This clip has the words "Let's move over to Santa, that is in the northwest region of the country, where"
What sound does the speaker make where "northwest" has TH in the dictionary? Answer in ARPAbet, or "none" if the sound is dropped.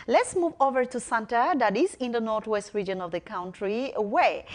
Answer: T